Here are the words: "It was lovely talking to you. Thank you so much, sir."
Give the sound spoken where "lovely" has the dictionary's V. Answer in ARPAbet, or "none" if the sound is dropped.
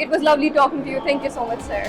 V